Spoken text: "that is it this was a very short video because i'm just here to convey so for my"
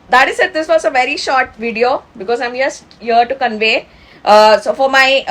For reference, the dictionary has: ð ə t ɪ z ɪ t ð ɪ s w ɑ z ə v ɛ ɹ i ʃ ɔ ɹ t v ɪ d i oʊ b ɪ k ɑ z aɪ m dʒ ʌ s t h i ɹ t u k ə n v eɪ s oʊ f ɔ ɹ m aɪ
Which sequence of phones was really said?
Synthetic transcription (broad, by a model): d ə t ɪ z ɪ t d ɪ s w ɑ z ə v ɛ ɹ i ʃ ɔ ɹ t v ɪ d i oʊ b ɪ k ɑ z aɪ m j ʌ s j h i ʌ t u k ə n v eɪ s oʊ f ɔ ɹ m aɪ